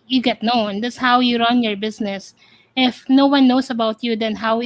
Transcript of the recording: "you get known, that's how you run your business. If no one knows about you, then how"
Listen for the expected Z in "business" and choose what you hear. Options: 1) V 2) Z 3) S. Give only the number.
3